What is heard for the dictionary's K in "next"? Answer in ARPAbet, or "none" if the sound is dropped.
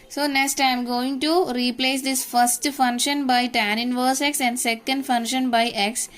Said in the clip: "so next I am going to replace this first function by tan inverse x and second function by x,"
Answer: K